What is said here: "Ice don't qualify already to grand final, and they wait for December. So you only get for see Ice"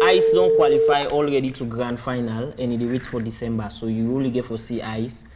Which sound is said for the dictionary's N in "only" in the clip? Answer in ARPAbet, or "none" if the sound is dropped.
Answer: none